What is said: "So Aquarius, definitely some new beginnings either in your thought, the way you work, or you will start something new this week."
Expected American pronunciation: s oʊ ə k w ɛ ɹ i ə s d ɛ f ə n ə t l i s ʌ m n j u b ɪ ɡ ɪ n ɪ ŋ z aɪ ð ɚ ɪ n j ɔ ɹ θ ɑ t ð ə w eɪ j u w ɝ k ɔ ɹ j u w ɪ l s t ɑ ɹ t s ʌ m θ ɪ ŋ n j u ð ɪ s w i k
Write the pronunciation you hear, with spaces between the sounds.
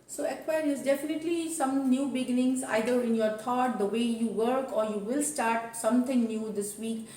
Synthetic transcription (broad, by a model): s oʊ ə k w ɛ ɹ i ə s d ɛ f ə n ə t l i s ʌ m n j u b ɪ ɡ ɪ n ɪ ŋ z aɪ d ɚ ɪ n j ɔ ɹ t ɑ t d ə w eɪ j u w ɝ k ɔ ɹ j u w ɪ l s t ɑ ɹ t s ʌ m t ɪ ŋ n j u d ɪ s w i k